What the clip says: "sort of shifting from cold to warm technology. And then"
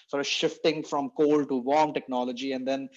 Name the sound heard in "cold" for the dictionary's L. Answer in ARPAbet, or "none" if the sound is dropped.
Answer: L